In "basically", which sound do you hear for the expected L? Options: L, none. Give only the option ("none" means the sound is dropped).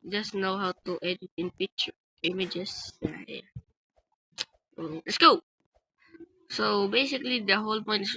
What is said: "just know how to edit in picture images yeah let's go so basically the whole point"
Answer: L